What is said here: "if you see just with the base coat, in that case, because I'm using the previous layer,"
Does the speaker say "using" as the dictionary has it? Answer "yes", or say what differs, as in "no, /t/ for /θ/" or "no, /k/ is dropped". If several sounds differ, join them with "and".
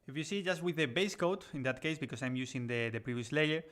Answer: no, /s/ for /z/